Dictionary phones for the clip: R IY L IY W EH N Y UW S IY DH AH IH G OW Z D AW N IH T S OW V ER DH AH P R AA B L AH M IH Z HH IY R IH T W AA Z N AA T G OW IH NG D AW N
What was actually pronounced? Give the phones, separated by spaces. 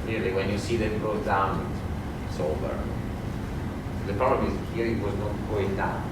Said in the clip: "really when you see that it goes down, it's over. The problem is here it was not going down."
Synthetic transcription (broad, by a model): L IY L IY W EH N Y UW S IY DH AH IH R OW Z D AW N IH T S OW B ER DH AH P R AA B L AH M IH Z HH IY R IH T W AA Z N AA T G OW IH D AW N